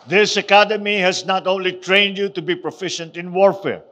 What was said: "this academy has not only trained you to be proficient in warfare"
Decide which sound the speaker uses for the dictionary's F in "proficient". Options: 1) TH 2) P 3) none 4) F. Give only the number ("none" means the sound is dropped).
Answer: 4